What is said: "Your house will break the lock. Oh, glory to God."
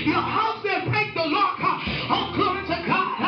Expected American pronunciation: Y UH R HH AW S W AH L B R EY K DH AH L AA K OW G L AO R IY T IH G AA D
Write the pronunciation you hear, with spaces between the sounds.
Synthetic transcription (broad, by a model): Y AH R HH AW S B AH N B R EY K DH AH L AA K OW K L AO IY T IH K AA